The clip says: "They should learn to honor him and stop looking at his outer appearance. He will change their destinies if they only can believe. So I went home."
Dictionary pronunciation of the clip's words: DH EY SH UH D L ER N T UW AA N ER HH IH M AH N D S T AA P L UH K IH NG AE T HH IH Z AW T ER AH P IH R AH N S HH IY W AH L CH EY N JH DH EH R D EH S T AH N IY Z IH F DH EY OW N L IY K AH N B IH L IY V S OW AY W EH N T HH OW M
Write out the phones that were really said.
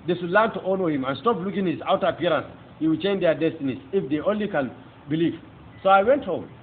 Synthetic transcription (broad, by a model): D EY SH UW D L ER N T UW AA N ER HH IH M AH N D S T AA P L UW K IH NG HH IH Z AW T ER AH P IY R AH N S HH IY W AH L CH EY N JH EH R D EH S T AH N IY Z IH F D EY OW N L IY K AH N B IH L IY V S OW AY W EH N T HH OW M